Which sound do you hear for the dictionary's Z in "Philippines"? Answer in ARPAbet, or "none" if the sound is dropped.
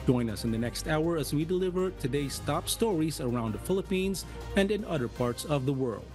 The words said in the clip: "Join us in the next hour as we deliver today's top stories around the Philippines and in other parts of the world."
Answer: Z